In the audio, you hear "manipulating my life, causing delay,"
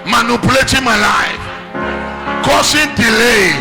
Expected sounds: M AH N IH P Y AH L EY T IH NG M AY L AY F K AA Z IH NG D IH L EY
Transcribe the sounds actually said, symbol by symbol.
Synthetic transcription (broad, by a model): M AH N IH P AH L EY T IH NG M AY L AY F K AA S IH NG D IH L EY